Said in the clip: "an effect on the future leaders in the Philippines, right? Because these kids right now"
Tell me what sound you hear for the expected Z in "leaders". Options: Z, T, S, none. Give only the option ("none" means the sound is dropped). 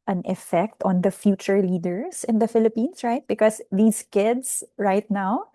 S